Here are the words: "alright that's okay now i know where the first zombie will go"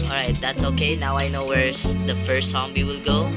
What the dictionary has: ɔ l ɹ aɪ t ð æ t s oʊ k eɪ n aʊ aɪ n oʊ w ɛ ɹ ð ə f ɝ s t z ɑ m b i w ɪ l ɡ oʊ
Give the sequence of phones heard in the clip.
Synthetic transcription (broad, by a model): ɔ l ɹ aɪ t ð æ t s oʊ k eɪ n aʊ aɪ n oʊ w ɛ ɹ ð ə f ɝ s t s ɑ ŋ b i w ɪ l ɡ oʊ